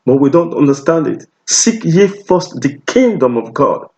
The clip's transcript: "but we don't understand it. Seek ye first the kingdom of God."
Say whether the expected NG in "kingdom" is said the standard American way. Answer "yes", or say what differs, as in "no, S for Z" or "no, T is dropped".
yes